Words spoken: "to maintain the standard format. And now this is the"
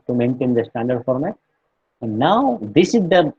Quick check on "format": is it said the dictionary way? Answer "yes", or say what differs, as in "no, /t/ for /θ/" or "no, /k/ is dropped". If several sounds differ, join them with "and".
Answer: no, /t/ is dropped